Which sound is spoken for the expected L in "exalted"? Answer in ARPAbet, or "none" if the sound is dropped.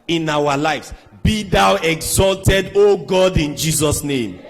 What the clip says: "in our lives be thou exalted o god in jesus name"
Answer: L